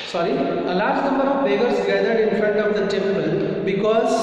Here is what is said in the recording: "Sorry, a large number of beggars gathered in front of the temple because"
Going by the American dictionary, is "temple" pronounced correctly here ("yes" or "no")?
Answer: no